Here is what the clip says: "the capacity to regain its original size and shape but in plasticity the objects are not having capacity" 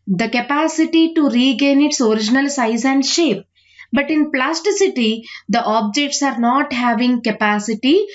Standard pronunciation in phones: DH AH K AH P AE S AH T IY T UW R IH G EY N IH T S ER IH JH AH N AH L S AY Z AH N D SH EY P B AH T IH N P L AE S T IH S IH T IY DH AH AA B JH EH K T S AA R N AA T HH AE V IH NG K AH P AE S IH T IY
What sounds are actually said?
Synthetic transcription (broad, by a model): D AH K AH P AE S AH T IY T UW R IH G EY N IH T S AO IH JH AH N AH L S AY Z AH N D SH EY P B AH T IH N P L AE S T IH S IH T IY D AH AA B JH EH K T S AA R N AA T HH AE V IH NG K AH P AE S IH T IY